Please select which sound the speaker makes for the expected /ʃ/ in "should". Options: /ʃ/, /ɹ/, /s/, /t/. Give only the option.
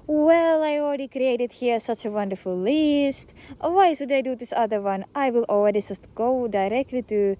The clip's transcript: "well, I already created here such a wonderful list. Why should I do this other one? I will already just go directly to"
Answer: /s/